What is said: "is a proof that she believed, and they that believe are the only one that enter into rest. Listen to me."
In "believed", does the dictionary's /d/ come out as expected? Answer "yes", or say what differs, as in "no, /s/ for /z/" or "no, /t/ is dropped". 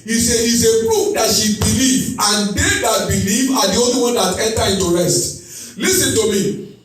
no, /d/ is dropped